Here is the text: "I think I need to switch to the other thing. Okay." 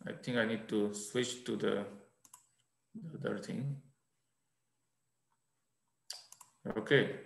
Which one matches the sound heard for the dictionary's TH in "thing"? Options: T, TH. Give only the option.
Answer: T